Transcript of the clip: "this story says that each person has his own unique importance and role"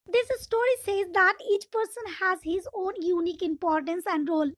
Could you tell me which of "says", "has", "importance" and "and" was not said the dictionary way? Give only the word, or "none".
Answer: none